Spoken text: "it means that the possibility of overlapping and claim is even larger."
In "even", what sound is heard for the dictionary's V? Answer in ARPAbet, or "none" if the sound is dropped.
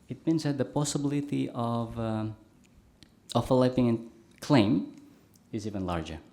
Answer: V